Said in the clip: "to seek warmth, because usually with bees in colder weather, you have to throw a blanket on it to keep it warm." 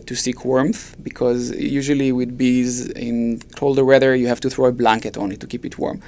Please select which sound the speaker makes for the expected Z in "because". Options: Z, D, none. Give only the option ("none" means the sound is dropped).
Z